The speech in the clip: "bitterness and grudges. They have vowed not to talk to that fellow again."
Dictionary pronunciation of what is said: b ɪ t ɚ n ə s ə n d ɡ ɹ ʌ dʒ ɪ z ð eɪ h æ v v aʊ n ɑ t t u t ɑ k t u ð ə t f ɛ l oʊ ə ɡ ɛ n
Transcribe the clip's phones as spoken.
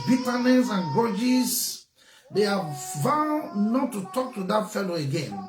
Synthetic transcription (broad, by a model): b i t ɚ n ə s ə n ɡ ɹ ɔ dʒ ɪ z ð eɪ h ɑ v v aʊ n ɑ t t u t ɑ k t u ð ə t f ɛ l oʊ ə ɡ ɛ n